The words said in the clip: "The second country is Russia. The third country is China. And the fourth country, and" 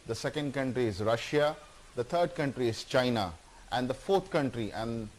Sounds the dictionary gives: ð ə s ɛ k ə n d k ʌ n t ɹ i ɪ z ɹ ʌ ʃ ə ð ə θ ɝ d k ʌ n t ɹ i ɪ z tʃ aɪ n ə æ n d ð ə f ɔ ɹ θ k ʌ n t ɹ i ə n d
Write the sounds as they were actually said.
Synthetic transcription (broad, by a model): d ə s ɛ k ə n d k ʌ n t ɹ i ɪ z ɹ ʌ ʃ ə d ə t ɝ d k ʌ n t ɹ i ɪ z tʃ aɪ n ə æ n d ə f ɔ ɹ t k ʌ n t ɹ i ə n d